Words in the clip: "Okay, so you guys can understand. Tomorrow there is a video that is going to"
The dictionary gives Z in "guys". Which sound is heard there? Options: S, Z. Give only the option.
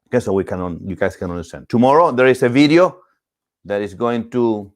S